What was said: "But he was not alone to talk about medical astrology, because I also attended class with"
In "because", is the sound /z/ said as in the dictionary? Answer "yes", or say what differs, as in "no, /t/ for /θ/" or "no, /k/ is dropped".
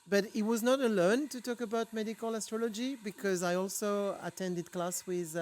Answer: yes